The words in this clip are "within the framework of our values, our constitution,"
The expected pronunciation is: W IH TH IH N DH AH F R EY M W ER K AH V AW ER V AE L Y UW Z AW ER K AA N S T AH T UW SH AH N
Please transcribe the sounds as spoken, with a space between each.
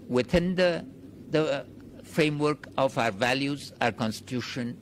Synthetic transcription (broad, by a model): W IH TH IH N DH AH F R EY M W ER K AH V AW ER V AE L Y UW Z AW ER K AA N S T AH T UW SH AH N